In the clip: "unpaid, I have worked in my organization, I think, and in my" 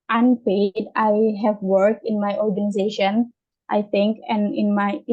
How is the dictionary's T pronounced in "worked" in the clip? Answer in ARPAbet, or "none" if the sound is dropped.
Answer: none